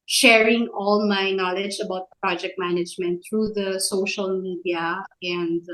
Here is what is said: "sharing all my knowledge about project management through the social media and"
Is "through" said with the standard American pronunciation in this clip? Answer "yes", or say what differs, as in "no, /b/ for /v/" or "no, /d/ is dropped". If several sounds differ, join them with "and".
no, /t/ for /θ/